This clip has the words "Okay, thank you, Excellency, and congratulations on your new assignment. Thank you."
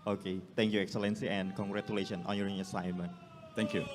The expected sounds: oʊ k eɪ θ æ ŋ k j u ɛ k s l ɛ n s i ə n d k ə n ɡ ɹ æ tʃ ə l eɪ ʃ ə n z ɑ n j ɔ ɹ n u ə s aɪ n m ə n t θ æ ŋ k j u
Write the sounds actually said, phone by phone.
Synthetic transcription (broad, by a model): oʊ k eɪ t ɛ ŋ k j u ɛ k s l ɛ n s i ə n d k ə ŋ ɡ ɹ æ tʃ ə l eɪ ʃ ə n ɑ n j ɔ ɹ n ə s aɪ n m ə n t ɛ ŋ k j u